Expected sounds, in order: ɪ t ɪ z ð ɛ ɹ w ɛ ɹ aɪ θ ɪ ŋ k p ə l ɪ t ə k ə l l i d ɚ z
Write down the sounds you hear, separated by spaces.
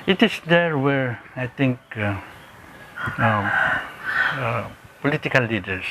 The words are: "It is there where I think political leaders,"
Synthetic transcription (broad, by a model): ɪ t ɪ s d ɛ ɹ w ɛ ɹ aɪ t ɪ ŋ k p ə l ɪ t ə k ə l l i d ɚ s